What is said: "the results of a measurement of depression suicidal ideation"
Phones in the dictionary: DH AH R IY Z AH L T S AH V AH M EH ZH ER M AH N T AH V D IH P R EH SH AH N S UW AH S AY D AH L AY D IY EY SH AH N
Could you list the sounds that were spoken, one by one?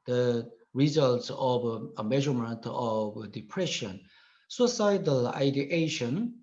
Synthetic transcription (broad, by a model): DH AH R IY Z AH L T S AH V AH M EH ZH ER M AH N T AH V D IH P R EH SH AH N S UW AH S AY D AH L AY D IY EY SH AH N